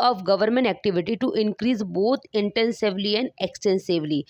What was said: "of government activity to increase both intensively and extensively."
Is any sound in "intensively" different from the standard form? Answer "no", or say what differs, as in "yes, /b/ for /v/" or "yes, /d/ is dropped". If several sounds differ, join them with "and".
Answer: no